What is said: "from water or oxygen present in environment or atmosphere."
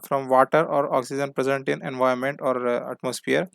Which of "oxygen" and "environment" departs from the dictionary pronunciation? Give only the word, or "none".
environment